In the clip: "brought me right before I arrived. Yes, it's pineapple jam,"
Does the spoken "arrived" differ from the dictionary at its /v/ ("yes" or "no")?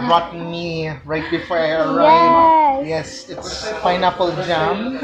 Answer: yes